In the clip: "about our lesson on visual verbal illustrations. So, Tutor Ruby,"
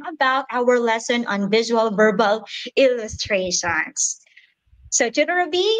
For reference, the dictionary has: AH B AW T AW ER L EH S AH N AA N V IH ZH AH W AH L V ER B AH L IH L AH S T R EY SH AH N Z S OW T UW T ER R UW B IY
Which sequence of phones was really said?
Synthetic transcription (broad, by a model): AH B AW T AW ER L EH S AH N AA N V IH ZH AH W AH L V ER B AH L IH L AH S T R EY SH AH N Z S OW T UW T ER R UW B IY